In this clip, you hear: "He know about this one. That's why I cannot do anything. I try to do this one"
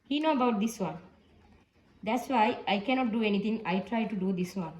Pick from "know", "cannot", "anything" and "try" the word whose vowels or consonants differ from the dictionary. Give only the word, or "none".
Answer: anything